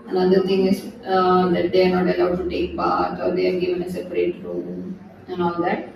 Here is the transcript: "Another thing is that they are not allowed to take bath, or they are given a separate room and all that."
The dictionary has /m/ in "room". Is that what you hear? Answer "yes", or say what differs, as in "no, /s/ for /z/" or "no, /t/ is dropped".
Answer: no, /m/ is dropped